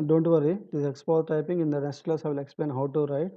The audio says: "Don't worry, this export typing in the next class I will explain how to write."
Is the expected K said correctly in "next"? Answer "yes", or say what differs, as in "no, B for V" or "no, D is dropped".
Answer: no, K is dropped